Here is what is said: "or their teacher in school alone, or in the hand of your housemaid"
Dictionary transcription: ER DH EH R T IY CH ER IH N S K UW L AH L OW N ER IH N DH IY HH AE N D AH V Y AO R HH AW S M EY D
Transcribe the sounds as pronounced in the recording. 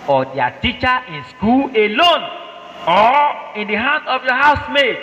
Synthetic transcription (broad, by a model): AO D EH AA T IY CH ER IH N S K UW L AH L OW N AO IH N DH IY HH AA N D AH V Y AO HH AW S M EY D